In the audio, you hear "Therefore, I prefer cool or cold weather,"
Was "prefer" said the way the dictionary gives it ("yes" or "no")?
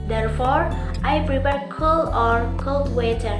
no